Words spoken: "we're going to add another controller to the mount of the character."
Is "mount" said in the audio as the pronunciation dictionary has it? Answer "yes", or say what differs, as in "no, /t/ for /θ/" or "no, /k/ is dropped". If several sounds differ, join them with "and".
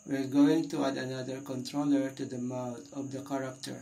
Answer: no, /n/ is dropped